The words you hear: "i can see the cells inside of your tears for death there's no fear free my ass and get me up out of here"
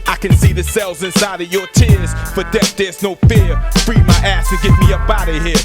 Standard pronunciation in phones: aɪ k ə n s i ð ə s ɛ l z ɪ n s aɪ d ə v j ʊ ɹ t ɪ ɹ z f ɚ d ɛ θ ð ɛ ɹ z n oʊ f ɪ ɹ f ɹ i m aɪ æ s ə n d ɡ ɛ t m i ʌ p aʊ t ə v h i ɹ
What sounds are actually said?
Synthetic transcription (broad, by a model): aɪ k ə n s i ð ə s ɛ l z ɪ n s aɪ d ə v j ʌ ɹ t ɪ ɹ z f ɚ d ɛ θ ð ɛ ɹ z n oʊ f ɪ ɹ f ɹ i m aɪ æ s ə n ɡ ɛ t m i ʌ b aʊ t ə h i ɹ